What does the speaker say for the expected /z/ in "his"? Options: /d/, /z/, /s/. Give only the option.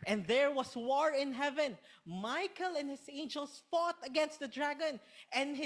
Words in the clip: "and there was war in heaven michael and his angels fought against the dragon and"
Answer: /s/